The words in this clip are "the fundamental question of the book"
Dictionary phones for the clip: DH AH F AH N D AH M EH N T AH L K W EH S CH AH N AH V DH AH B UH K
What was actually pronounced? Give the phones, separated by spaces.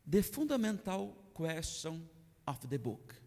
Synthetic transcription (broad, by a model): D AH F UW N D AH M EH N T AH W K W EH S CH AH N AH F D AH B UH K